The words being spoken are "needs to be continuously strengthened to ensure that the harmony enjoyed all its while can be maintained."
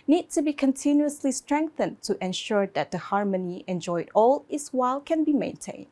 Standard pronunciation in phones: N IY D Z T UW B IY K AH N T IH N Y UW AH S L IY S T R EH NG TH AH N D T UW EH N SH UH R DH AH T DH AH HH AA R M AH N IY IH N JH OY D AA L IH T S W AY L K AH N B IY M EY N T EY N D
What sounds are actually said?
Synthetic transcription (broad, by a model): N IY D T UW B IY K AH N T IH N Y UW AH S L IY S T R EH NG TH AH N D T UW EH N SH UH R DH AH T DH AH HH AA R M AH N IY IH N JH OY D AA L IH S W AY L K AH N B IY M EY N T EY N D